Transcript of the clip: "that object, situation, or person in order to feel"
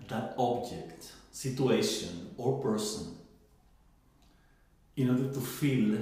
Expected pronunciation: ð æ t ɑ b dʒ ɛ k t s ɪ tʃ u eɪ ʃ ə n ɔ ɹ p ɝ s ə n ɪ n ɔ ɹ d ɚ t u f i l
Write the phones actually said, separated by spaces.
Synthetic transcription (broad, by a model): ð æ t ɑ b dʒ ɛ k t s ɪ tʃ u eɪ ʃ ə n ɔ ɹ p ɝ s ə n ɪ n ɔ ɹ d ɚ t u f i l